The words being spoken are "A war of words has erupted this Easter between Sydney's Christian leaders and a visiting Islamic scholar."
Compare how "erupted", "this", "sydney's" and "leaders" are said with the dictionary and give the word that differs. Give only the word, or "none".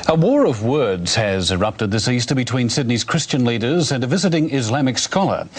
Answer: none